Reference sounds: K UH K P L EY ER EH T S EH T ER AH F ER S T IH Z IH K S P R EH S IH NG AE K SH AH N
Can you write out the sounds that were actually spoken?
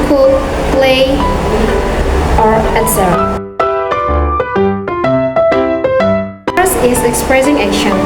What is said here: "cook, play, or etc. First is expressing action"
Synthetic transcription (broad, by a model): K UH P L EY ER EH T S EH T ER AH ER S IH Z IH K S P R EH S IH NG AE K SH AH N